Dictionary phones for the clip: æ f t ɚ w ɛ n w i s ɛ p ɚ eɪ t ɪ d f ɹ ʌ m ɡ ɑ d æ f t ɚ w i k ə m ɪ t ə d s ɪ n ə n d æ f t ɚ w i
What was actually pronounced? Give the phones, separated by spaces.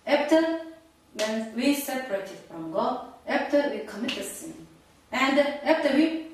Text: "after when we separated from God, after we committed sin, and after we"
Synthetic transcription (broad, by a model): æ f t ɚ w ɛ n w i s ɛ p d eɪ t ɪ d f ɹ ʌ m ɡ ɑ æ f t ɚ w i k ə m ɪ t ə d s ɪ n ə n d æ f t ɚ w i